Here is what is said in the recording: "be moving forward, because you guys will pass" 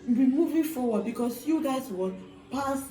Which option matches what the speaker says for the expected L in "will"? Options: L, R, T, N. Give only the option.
N